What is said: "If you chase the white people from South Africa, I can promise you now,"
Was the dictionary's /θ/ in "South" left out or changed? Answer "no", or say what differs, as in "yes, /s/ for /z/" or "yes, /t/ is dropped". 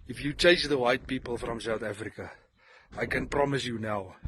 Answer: no